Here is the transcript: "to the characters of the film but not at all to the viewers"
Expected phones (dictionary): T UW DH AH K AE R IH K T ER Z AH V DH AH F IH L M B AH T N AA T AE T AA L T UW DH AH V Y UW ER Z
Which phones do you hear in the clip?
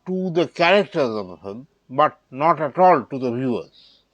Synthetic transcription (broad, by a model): T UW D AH K AE R IH K T ER Z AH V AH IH M B AH T N AA T AE T AA L T UW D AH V Y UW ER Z